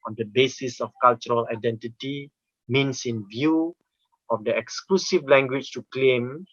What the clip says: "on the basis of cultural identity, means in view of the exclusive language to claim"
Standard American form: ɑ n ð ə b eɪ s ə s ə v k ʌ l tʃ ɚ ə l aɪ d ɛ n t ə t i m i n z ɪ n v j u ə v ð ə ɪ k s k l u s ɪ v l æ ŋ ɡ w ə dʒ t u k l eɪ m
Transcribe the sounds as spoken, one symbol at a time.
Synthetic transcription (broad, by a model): ɑ n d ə b eɪ s ə s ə f k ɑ l tʃ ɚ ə l aɪ d ɛ n t ə t i m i n s ɪ n v j u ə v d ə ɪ k s k l u s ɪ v l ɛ ŋ ɡ w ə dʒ t u k l eɪ m